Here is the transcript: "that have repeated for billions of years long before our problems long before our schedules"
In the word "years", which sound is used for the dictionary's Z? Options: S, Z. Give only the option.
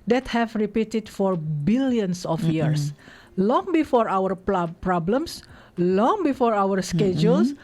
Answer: S